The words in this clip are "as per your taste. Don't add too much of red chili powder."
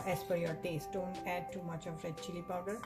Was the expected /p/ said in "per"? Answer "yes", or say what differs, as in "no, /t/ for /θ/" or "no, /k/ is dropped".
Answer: no, /f/ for /p/